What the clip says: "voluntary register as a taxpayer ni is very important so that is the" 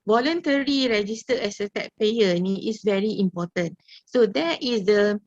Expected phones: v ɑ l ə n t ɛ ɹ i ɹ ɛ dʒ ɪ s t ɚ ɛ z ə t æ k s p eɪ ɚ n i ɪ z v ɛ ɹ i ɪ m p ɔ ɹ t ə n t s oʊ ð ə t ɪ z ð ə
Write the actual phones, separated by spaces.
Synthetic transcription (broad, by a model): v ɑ l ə n t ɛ ɹ i ɹ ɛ dʒ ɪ s t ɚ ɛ s ə t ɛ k p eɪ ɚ n i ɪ s v ɛ ɹ i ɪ m p ɔ t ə n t s oʊ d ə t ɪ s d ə